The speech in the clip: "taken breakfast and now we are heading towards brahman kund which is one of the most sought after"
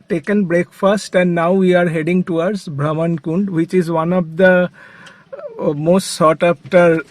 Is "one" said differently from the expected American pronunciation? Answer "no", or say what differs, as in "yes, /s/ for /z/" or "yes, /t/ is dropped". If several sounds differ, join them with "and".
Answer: no